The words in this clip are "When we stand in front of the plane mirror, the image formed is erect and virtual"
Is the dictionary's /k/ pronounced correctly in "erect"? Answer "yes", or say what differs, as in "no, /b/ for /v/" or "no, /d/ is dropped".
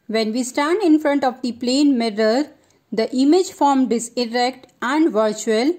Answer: yes